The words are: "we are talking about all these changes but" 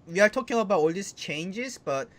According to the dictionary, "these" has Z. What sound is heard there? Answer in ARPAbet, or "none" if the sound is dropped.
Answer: S